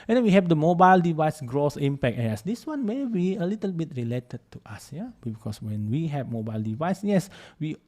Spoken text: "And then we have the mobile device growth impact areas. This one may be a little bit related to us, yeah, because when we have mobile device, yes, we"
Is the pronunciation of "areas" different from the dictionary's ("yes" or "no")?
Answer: yes